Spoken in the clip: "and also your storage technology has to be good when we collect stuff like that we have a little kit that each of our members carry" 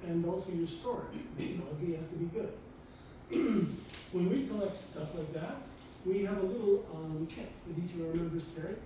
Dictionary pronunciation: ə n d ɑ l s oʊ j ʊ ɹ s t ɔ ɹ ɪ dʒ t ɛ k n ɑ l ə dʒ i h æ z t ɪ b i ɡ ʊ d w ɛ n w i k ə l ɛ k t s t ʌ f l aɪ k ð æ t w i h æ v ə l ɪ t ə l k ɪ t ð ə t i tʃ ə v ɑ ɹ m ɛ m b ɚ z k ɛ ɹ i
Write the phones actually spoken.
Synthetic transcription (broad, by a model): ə n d ɑ l s oʊ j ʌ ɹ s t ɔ ɹ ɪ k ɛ n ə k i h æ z t ɪ b i ɡ ʊ d w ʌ n w i k ə l ɛ k t s t ʌ f l aɪ k ð æ t w i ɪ v ə l ɪ t l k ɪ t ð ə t i tʃ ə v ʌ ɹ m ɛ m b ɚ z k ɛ ɹ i